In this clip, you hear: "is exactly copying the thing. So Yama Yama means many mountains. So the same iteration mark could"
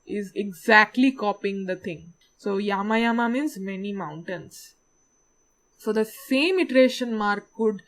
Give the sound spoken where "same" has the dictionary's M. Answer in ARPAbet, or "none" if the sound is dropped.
M